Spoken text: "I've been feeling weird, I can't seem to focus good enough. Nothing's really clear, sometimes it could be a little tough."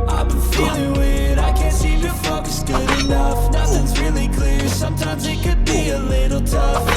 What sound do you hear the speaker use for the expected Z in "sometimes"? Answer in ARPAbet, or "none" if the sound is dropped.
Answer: Z